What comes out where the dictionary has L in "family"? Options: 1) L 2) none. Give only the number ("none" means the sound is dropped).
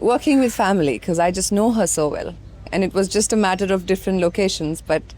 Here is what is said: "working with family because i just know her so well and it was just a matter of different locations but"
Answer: 2